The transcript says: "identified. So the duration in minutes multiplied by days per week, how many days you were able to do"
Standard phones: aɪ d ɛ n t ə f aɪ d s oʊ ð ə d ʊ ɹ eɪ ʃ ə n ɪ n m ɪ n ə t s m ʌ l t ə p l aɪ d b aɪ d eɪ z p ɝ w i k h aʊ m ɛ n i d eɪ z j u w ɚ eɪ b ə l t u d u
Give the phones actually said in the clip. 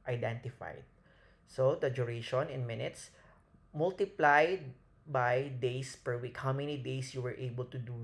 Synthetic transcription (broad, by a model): aɪ d ɛ n t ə f aɪ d s oʊ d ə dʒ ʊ ɹ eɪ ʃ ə n ɪ n m ɪ n ə t s m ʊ l t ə p l aɪ d b aɪ d eɪ s p ɝ w i k h aʊ m ɛ n i d eɪ s j u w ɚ eɪ b ə l t u d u